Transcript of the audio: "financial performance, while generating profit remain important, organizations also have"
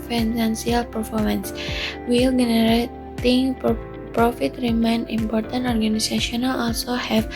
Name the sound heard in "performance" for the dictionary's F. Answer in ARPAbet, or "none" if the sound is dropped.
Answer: F